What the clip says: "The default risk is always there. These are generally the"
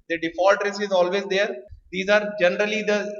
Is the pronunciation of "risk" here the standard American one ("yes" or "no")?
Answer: no